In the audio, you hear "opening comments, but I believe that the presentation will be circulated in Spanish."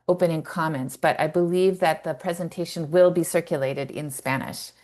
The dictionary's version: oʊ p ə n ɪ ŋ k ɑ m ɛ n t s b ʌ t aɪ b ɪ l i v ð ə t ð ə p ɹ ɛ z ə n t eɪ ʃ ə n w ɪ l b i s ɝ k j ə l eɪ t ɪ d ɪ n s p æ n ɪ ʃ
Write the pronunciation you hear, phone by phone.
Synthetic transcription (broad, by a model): oʊ p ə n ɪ ŋ k ɑ m ɛ n t s b ʌ t aɪ b ɪ l i v ð ə t ð ə p ɹ ɛ z ə n t eɪ ʃ ə n w ɪ l b i s ɝ k j ə l eɪ t ɪ d ɪ n s p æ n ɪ ʃ